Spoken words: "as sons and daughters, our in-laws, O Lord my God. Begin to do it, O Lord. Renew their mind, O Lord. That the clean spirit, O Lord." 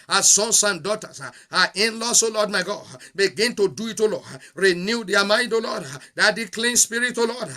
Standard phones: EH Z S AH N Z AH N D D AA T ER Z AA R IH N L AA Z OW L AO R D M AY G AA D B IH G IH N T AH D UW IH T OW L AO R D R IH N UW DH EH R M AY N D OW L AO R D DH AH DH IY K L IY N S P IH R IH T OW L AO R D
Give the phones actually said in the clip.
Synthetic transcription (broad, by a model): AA S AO N S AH N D D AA T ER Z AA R IH N L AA S OW L AO D M AY G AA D B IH G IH N T AH D UW IH T OW L AO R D R IH N UW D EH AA M AY N D OW L AO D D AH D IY K L IY N S P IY R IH T OW L AO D